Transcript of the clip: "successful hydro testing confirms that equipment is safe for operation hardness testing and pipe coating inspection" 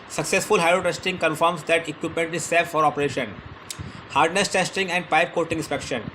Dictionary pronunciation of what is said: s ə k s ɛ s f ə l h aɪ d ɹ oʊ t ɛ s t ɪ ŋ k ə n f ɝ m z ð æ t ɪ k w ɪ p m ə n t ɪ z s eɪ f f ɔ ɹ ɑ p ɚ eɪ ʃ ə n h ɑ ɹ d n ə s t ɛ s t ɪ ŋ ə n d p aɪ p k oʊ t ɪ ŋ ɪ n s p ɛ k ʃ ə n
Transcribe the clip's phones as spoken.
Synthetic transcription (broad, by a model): s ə k s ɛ s f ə l h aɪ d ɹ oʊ t ɛ s t ɪ ŋ k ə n f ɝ m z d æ t ɪ k w ɪ p m ə n t ɪ z s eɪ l f ɔ ɹ ɑ p ɚ eɪ ʃ ə n h ɑ ɹ d n ə s t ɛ s t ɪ ŋ ə n d p aɪ p k oʊ t ɪ ŋ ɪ n s p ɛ k ʃ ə n